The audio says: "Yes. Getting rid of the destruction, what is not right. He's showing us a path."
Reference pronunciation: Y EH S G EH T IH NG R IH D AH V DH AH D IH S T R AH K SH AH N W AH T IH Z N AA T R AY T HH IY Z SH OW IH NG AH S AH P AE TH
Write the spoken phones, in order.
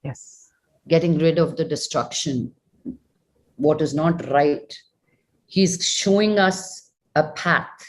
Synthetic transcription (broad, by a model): Y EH S G EH T IH NG R IH D AH V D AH D IH S T R AH K SH AH N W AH T IH Z N AA T R AY T HH IY Z SH OW IH NG AH S AH P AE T